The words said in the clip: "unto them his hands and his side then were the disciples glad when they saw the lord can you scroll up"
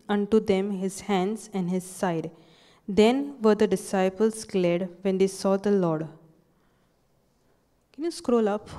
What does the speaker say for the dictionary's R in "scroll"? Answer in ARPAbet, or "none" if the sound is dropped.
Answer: R